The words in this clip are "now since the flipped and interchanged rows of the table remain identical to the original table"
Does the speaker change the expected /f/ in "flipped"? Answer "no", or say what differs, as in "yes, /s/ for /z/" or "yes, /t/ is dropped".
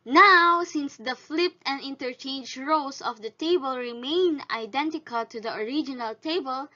no